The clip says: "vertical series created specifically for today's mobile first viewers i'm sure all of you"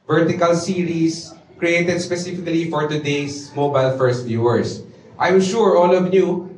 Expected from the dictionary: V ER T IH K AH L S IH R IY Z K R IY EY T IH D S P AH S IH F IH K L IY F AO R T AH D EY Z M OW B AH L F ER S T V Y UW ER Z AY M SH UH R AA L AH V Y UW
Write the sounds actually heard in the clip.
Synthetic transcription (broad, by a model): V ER T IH K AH L S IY R IY S K R IY EY T IH D S P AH S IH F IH K L IY F AO R T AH D EY S M OW B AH L F ER S T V Y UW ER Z AY M SH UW R AA L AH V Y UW